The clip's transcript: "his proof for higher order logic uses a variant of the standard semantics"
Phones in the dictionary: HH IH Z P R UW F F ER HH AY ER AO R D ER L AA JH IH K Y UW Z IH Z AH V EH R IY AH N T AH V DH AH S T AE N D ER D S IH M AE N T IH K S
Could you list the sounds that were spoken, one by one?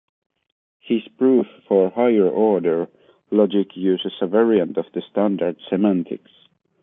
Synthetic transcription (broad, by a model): HH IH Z P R UW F F ER HH AY ER AO R D ER L AA JH IH K Y UW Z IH S AH V EH R IY AH N T AH V DH AH S T AE N D ER D S IH M AE N T IH K S